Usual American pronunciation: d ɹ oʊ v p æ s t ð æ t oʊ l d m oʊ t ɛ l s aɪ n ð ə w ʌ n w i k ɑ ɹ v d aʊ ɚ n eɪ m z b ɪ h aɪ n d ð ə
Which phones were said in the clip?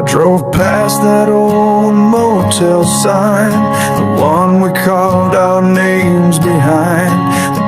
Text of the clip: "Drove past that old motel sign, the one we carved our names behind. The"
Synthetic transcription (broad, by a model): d ɹ oʊ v p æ s ð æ t oʊ l d m oʊ t ɛ l s aɪ n ð ə w ʌ n w i k ɑ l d aʊ ɚ n eɪ m z b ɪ h aɪ n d